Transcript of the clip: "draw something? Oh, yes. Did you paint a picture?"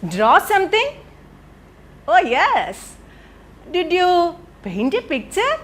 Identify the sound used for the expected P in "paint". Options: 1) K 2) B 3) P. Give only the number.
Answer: 2